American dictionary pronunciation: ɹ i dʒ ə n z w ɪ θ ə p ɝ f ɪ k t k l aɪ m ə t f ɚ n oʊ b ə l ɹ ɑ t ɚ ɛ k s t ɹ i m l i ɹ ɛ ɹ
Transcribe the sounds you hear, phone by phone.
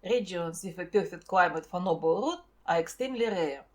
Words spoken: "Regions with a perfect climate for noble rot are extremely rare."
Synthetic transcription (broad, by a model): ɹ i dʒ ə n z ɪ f ə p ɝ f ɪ t k l aɪ m ə t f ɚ n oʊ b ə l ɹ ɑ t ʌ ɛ k s t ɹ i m l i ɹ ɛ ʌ